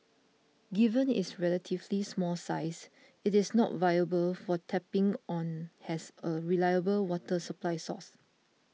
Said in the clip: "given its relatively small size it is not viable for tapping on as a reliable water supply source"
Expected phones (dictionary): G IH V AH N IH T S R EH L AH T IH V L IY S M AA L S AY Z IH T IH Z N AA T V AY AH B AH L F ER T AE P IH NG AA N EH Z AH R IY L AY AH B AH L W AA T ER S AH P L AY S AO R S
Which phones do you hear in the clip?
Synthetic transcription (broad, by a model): G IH V AH N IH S R EH L AH T IH V L IY S M AA L S AY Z IH T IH S N AA T V AY AH B AH L F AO T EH P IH NG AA N EH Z AH R IY L AY AH B AH L W AA T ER S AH P L AY S AO S